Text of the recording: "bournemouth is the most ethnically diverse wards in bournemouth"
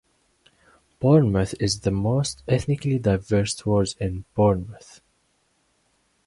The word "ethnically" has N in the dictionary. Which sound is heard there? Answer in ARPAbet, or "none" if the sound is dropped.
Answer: N